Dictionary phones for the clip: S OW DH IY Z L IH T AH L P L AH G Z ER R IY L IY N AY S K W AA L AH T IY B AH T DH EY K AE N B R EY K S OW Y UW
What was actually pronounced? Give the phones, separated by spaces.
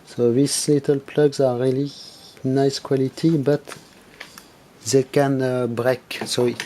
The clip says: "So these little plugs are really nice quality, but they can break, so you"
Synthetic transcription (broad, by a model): S OW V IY S L IH T AH L P L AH G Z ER R IY L IY N AY S K W AA L AH T IY B AH T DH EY K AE N B R EY K S OW